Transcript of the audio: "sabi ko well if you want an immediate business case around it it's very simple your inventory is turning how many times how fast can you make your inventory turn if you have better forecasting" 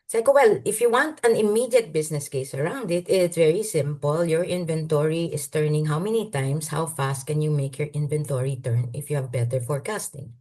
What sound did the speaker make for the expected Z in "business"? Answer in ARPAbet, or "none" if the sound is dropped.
S